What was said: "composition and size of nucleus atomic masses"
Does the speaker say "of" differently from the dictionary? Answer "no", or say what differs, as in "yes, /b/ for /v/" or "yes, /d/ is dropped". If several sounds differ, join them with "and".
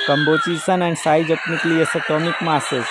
yes, /p/ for /v/